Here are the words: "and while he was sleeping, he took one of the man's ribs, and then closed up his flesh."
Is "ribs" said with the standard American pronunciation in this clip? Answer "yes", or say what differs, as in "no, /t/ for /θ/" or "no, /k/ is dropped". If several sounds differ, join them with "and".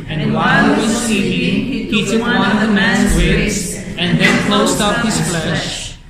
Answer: no, /w/ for /ɹ/ and /b/ is dropped